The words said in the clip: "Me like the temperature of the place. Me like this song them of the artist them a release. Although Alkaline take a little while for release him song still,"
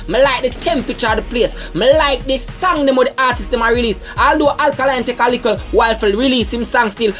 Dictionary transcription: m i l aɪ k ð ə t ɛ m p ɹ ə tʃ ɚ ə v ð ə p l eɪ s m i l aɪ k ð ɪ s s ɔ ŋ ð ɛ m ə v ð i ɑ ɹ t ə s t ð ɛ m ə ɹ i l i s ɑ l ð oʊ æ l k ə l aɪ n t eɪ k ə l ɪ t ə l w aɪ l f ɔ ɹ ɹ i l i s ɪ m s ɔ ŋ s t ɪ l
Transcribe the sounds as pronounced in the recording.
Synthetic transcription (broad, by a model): m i l aɪ k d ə t ɛ m p ɹ ə tʃ ɚ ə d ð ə p l eɪ s m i l aɪ k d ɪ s s ɔ ŋ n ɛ m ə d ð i ɑ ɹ t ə s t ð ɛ m ə ɹ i l i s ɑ l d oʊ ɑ l k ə l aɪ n t eɪ k ə l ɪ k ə l w aɪ l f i l ɹ i l i s ɪ m s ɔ ŋ s t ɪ l